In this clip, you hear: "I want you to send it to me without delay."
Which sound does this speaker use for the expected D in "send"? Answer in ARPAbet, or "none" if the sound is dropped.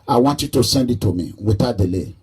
D